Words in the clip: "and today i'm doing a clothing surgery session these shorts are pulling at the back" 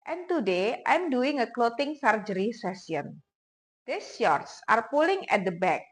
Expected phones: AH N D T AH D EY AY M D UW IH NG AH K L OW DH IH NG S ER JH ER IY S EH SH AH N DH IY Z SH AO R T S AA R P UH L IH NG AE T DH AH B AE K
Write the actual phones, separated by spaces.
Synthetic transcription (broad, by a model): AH N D T AH D EY AY M D UW IH NG AH K L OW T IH NG S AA JH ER IY S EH S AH N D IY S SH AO R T S AA R P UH L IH NG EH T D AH B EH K